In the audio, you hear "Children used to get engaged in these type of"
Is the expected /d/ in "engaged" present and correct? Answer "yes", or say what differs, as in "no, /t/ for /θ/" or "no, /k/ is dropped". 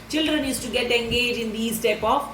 no, /d/ is dropped